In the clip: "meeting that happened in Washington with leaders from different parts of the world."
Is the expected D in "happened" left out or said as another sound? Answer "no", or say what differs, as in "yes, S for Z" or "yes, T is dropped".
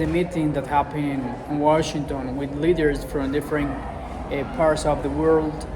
yes, D is dropped